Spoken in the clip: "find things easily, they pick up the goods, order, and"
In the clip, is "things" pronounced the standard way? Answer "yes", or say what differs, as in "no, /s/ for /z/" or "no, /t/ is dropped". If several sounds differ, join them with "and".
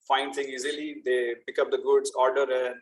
no, /t/ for /θ/ and /z/ is dropped